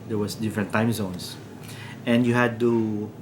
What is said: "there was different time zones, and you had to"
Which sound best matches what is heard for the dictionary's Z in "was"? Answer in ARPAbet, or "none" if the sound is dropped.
S